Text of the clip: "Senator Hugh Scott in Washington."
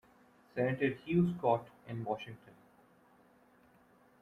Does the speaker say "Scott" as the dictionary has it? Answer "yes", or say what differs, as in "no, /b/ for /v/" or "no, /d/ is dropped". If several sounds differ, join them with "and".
yes